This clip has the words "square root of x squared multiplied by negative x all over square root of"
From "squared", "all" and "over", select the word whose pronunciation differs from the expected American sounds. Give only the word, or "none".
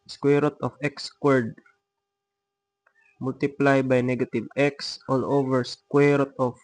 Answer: none